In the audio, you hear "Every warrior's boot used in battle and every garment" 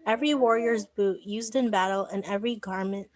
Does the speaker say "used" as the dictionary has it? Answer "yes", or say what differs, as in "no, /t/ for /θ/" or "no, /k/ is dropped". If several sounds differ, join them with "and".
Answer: yes